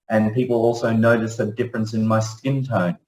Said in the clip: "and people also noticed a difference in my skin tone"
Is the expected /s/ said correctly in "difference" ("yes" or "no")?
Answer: yes